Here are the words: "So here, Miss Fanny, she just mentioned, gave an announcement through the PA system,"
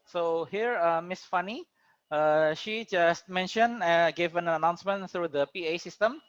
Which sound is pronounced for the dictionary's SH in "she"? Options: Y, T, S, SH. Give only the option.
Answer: SH